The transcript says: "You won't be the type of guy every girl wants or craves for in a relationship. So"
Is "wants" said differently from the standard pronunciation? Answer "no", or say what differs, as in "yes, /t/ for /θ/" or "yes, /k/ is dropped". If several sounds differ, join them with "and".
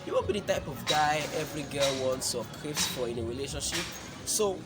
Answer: no